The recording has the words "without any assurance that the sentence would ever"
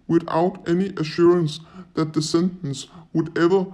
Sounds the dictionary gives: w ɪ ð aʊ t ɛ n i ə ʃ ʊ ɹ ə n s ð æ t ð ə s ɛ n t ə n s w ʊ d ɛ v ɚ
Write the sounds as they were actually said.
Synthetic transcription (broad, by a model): w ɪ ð aʊ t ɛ n i ə ʃ ʊ ɹ ə n s ð æ t ð ə s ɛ n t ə n s w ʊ d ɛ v ɚ